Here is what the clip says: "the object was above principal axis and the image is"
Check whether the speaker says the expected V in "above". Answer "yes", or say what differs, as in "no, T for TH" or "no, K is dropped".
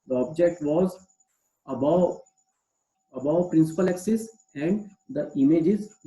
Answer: no, B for V